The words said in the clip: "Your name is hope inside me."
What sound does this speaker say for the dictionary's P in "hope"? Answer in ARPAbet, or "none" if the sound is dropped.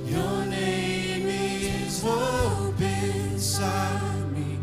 B